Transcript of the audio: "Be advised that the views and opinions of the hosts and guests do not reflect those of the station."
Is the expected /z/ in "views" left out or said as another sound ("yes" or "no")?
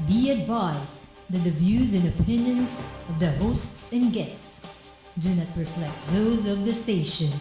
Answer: no